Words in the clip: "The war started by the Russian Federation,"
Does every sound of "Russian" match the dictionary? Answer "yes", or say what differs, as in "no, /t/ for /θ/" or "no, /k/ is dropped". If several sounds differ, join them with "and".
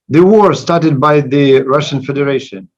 yes